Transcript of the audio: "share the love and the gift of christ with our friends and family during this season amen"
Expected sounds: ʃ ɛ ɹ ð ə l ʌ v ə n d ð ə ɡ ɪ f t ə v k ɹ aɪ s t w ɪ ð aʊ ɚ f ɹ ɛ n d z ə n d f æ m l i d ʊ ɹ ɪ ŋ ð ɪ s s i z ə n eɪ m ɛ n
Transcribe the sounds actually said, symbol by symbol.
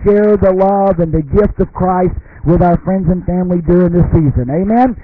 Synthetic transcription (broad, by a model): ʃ ɛ ɹ ð ə l ʌ v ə n ð ə ɡ ɪ f t ə v k ɹ aɪ s t w ɪ ð aʊ ɚ f ɹ ɛ n d z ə n f æ m l i d ʊ ɹ ɪ ŋ ð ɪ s s i z ə n eɪ m ɛ n